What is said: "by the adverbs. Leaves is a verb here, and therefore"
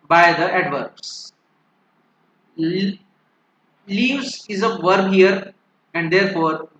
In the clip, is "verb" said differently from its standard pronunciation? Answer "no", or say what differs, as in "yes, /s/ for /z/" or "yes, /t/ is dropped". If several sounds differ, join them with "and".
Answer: no